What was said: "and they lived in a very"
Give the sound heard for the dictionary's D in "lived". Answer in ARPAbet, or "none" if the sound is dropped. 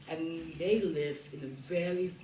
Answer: none